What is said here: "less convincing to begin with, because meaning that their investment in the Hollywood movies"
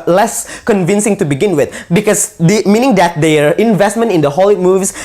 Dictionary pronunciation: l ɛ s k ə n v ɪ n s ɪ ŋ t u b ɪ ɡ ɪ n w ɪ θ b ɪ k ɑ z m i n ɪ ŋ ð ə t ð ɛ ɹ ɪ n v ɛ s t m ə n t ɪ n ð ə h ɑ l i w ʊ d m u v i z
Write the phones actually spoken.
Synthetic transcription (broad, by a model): l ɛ s k ə n v ɪ n s ɪ ŋ t u b ɪ ɡ ɪ n w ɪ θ b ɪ k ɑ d m i n ɪ ŋ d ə t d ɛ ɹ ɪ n v ɛ s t m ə n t ɪ n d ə h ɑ l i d m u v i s